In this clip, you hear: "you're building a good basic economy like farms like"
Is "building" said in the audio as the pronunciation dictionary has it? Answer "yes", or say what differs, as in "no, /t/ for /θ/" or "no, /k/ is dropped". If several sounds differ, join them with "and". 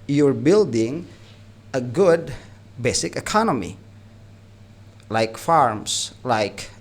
yes